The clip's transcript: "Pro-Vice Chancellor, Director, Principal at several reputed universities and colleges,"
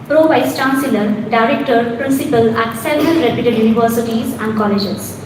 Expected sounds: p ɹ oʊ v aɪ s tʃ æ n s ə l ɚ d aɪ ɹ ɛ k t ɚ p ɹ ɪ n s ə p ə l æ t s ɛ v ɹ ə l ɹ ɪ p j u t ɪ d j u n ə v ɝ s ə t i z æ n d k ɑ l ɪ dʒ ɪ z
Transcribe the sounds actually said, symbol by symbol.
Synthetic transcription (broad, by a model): p ɹ oʊ v aɪ s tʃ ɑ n s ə l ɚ d aɪ ɹ ɛ k t ɚ p ɹ ɪ n s ə p ə l æ t s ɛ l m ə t ɹ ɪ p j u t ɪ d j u n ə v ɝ s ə t i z æ n d k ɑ l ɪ dʒ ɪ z